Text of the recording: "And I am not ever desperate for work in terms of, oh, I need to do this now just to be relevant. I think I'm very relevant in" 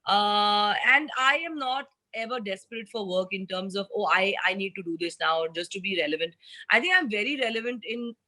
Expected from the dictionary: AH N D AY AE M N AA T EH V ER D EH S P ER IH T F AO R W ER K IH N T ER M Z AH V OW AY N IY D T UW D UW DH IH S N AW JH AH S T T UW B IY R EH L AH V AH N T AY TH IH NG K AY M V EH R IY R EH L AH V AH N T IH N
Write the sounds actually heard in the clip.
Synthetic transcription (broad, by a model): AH N D AY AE M N AA T EH V ER D EH S P ER IH T F AO R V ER K IH N T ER M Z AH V OW AY N IY D T UW D UW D IH S N AW JH AH S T T UW B IY R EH L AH V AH N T AY T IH NG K AY M V EH R IY R EH L AH V AH N T IH N